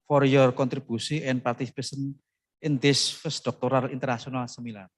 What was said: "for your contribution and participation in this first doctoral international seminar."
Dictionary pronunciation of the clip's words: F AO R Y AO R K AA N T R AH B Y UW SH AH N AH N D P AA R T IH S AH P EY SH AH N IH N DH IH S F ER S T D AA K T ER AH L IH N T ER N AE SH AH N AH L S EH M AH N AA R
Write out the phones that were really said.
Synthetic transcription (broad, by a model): F AO R Y AO R K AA N T R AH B UW S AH AH N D P AA R T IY S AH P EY S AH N IH N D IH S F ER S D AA K T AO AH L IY N T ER N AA S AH N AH L S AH M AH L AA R